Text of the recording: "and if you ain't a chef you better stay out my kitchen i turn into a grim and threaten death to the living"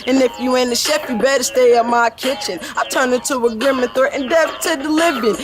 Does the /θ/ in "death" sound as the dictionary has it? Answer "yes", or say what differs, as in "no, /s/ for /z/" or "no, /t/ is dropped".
no, /f/ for /θ/